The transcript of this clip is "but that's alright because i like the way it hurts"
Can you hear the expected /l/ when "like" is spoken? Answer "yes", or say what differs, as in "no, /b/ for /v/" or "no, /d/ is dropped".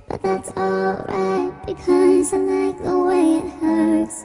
no, /n/ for /l/